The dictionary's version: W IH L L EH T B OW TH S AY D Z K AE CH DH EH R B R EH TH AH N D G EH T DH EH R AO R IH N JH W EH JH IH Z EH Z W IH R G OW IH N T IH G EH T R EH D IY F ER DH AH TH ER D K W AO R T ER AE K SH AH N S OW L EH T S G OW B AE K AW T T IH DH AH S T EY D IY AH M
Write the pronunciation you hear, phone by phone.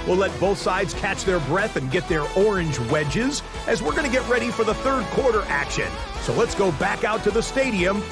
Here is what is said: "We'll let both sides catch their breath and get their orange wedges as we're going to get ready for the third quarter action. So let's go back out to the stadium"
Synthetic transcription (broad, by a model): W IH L L EH T B OW TH S AY D Z K AE CH DH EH R B R EH TH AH N G EH T DH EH R AO R IH N JH W EH JH IH Z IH Z W IH R G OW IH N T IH G EH T R EH D IY F ER DH AH TH ER D K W AO R T ER AE K SH AH N S OW L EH T S G OW B AE K AW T T IH DH AH S T EY D IY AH M